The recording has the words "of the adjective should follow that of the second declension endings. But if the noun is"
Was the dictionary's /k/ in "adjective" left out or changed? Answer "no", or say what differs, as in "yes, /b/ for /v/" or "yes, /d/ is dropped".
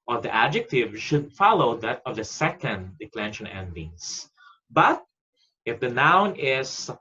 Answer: no